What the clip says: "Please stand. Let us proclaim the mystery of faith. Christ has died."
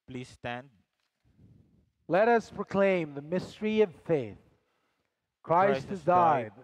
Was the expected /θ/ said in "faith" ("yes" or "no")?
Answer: yes